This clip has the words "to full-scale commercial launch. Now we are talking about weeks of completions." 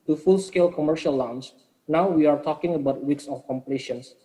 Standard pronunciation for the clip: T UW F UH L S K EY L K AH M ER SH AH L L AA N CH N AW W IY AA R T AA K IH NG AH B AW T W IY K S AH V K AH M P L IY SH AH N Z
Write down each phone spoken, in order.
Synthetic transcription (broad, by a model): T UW F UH L S K EY L K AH M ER SH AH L L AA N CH N AW W IY AA R T AA K IH NG AH B AW T W IY K S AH F K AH M P L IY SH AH N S